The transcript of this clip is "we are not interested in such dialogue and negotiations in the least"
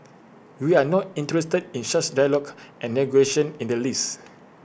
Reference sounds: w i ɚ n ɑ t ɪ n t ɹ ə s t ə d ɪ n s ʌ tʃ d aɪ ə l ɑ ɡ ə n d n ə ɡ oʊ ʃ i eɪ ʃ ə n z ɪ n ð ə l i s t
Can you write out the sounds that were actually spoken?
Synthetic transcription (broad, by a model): w i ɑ n ɑ t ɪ n t ɹ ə s t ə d ɪ n ʃ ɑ s d aɪ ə l ɑ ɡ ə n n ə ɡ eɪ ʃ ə n ɪ n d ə l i s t